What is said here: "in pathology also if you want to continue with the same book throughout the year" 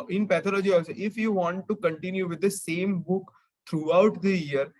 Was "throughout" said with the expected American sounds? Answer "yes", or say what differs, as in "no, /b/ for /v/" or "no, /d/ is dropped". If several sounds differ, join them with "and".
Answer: no, /t/ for /θ/